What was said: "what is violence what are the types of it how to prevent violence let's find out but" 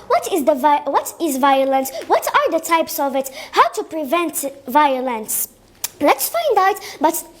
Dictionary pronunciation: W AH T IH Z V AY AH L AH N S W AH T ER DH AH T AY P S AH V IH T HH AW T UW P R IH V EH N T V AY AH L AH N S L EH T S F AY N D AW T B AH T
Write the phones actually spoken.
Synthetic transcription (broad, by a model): W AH T IH Z V AY AH L AH N S W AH T ER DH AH T AY P S AH V IH T HH AW T UW P R IH V EH N T V AY AH L AH N S L EH T S F AY N D AW T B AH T